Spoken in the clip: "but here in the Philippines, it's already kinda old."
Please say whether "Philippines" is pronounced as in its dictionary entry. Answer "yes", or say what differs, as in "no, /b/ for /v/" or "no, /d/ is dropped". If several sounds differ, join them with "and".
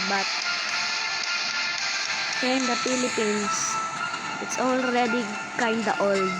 no, /s/ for /z/